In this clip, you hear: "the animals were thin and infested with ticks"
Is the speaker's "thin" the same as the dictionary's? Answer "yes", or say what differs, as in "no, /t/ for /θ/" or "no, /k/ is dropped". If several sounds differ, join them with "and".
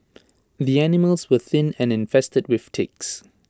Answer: yes